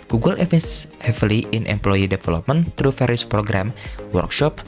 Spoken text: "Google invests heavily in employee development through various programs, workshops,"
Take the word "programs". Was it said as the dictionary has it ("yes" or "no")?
no